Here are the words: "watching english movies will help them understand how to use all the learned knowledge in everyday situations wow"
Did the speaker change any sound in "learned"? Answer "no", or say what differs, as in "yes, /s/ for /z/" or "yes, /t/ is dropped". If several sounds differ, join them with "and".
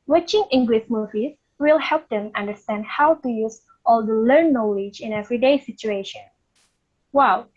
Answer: yes, /n/ is dropped